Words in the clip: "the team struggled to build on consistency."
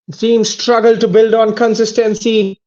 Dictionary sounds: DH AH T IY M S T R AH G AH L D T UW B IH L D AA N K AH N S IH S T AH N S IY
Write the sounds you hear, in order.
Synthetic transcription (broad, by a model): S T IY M S T R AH G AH L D T UW B IH L D AA N K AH N S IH S T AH N S IY